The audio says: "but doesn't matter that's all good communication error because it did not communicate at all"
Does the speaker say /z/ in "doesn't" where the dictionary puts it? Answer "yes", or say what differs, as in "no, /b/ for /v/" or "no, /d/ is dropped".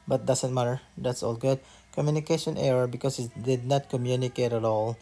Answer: no, /s/ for /z/